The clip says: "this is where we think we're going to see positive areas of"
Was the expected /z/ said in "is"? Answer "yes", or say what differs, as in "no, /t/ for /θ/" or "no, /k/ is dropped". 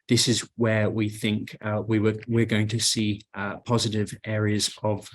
yes